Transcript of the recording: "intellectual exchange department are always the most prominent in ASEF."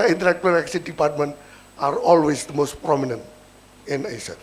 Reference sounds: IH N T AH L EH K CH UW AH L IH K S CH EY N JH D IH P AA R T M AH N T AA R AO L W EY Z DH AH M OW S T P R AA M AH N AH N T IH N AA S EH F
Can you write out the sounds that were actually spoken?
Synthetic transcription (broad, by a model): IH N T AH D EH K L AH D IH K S IY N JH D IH P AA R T M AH N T AA R AO L W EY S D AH M OW S T P R AA M AH N AH N T IH N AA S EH